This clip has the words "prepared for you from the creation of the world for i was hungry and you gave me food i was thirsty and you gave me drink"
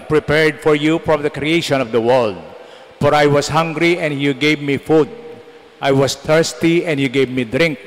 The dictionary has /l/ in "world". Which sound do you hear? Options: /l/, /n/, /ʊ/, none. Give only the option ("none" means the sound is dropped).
/l/